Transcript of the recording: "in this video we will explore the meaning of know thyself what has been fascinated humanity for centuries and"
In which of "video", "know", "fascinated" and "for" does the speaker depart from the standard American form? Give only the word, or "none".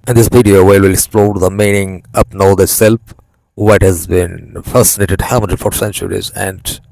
video